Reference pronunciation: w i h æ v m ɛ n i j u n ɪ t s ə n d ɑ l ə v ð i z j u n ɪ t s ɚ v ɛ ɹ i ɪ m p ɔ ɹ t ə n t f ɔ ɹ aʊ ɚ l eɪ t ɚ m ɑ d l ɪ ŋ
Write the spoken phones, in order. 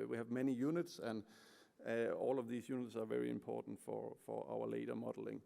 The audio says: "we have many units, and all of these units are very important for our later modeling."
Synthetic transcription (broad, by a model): w i h æ v m ɛ n i j u n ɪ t s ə n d ɑ l ə v ð i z j u n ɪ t s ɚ v ɛ ɹ i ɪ m p ɔ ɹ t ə n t f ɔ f aʊ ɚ l eɪ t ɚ m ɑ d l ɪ ŋ